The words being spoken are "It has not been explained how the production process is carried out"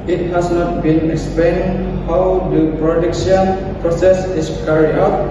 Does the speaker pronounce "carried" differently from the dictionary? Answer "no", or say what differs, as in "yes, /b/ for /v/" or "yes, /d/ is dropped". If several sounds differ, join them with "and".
yes, /d/ is dropped